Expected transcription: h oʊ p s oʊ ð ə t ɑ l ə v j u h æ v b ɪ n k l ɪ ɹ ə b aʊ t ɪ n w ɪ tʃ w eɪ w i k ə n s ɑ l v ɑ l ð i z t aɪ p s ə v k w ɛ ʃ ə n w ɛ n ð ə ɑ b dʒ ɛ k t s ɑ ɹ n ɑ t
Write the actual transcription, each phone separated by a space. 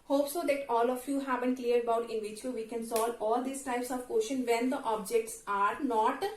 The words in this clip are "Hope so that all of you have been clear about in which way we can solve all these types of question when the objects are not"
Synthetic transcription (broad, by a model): h oʊ p s oʊ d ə t ɑ l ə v j u h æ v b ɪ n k l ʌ ɹ ə b aʊ t ɪ n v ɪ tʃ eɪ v i k ə n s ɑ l ɑ l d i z t aɪ p s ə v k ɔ ʃ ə n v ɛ n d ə ɑ b dʒ ɛ k t s ɑ ɹ n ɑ t